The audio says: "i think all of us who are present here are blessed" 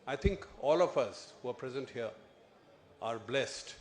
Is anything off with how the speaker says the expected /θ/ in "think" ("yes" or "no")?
yes